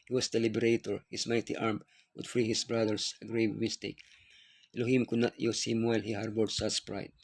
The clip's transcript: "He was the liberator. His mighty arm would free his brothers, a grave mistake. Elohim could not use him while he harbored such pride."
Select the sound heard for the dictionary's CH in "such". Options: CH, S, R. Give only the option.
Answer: S